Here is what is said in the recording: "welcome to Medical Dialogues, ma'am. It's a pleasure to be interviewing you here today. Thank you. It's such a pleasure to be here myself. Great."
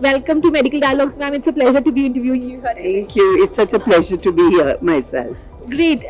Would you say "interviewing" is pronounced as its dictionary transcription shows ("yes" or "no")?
yes